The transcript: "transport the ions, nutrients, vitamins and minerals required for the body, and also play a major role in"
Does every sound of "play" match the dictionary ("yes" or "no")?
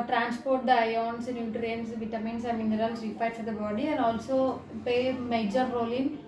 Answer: no